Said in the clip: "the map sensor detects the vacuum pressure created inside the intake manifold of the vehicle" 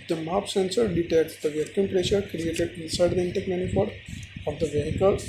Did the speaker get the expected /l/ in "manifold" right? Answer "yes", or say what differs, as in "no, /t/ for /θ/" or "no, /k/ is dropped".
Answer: no, /l/ is dropped